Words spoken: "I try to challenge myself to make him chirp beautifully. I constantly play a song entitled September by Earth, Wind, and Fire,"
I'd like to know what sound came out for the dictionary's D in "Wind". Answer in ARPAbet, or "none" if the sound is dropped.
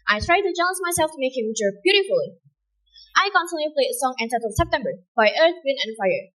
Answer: none